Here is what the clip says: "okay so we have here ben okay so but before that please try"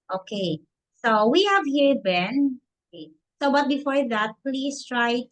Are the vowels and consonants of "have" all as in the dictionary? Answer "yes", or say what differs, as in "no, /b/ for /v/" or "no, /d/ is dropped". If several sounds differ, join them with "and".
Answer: yes